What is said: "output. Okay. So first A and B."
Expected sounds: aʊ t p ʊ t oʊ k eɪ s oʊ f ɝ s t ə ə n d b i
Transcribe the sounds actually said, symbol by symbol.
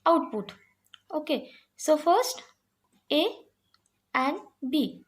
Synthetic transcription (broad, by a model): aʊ t p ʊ t oʊ k eɪ s oʊ f ɝ s t ə ə n d b i